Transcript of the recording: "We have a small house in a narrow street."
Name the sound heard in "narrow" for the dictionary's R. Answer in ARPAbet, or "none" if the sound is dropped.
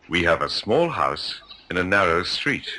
R